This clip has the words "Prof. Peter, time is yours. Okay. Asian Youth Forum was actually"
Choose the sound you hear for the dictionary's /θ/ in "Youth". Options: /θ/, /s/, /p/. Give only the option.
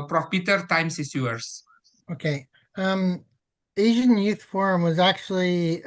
/θ/